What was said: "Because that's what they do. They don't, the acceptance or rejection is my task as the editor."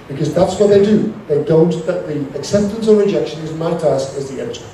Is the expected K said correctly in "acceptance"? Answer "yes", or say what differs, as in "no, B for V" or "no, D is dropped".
yes